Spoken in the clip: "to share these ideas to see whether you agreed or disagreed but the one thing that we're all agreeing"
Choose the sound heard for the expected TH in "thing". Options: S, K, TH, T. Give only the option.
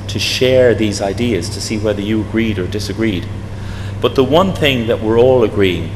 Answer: TH